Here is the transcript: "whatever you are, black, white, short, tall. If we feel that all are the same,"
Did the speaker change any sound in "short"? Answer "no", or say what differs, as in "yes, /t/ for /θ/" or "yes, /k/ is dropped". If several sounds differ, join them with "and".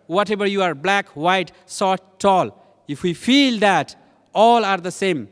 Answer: yes, /s/ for /ʃ/